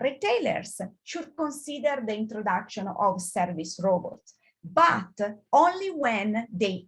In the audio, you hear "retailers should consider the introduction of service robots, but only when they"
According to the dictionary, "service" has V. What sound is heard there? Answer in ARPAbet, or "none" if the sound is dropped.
V